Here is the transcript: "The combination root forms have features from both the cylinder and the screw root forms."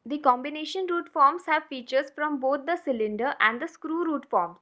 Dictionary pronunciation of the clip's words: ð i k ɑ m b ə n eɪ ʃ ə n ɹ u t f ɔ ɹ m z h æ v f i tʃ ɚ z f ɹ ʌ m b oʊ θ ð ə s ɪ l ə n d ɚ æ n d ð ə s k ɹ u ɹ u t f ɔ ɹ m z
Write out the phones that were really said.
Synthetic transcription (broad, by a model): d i k ɑ m b ə n eɪ ʃ ə n ɹ u t f ɔ ɹ m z h æ v f i tʃ ɚ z f ɹ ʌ m b oʊ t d ə s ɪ l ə n d ɚ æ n d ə s k ɹ u ɹ u t f ɔ ɹ m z